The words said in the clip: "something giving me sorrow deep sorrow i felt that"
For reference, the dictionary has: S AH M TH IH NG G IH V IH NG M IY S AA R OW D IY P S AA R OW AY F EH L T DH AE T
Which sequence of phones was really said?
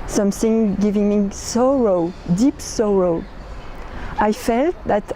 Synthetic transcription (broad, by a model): S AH M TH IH NG G IH V IH NG M IY S AA R OW D IY P S AA R OW AY F EH L T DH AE T